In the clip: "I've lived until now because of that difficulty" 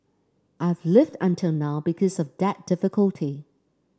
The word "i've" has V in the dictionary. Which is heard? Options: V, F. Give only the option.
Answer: V